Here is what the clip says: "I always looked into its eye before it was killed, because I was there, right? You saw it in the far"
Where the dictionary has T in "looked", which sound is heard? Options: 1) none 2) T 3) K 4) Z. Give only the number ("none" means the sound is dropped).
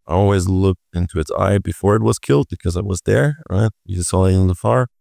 2